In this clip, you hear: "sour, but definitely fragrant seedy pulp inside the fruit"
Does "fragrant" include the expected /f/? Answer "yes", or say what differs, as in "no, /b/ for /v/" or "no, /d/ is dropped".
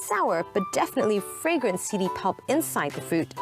yes